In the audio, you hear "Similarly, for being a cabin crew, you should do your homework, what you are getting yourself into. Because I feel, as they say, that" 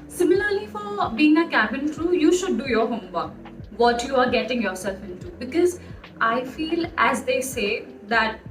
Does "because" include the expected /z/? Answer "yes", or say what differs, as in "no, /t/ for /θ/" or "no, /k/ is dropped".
yes